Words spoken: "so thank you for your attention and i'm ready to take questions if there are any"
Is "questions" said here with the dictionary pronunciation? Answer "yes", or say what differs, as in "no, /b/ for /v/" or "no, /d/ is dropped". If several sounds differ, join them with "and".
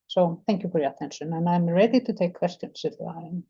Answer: no, /s/ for /z/